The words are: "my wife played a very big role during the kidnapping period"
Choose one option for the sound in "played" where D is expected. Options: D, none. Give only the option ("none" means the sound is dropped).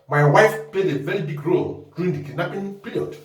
D